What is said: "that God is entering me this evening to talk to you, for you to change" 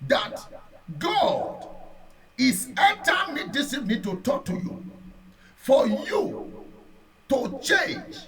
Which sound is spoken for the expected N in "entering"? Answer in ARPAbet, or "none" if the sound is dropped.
none